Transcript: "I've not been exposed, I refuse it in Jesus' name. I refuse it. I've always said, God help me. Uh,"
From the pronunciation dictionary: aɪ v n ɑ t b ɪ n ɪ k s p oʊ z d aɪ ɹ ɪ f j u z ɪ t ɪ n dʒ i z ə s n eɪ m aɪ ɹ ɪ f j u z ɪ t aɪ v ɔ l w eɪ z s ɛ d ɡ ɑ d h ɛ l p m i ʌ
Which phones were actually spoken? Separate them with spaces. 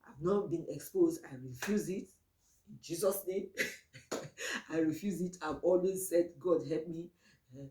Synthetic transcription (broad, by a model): aɪ v n ɑ t b ɪ n ɪ k s p oʊ z d aɪ ɹ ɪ f j u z ɪ t ɪ n dʒ i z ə s n eɪ m aɪ ɹ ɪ f j u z ɪ t aɪ v ɔ l w eɪ z s ɛ d ɡ ɑ d h ɛ l p m i